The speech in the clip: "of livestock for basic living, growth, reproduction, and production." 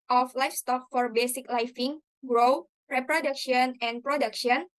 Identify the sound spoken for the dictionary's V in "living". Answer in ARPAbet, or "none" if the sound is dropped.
F